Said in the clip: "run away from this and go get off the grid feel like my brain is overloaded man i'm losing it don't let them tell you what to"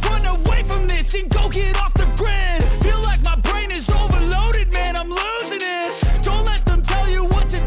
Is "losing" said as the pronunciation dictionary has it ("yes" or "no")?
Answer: yes